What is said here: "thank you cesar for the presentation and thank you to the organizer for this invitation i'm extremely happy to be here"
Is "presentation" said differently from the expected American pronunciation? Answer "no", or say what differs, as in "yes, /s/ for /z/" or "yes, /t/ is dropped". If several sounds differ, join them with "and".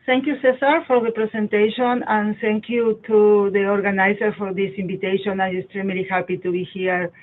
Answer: yes, /s/ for /z/